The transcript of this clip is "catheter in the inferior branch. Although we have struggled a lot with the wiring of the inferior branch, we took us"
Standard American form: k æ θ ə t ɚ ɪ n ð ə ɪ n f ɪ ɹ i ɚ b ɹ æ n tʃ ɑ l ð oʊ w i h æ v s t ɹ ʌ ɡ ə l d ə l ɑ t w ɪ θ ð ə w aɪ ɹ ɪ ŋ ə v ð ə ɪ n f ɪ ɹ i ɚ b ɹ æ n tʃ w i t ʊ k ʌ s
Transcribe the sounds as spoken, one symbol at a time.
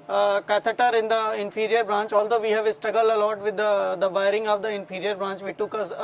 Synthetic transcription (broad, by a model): k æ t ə t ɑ ɪ n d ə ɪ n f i ɹ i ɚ b ɹ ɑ n tʃ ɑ l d oʊ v i h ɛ v s t ɹ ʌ ɡ ə l ə l ɑ t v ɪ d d ə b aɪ ɹ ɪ ŋ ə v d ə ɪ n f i ɹ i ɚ b ɹ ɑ n tʃ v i t ʊ k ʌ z